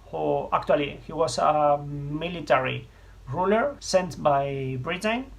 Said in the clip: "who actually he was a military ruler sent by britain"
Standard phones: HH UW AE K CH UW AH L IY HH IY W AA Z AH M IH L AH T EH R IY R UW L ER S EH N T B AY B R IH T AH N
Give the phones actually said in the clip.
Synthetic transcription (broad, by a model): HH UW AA K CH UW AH L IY HH IY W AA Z AH M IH L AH T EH R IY R UW L ER S EH N T B AY B R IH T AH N